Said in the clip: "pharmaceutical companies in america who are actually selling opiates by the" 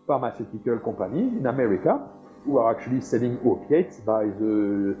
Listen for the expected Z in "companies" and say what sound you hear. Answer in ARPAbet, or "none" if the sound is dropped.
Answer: none